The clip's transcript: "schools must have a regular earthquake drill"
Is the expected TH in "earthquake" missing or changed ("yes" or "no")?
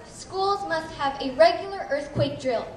no